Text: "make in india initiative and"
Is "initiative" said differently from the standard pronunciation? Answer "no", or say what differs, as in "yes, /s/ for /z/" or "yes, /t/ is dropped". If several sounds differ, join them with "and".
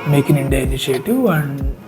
yes, /v/ is dropped